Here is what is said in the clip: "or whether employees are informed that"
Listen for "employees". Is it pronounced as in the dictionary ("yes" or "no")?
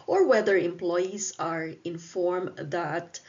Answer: no